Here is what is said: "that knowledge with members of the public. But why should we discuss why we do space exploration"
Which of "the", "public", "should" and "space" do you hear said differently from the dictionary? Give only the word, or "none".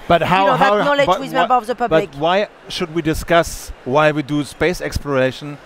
public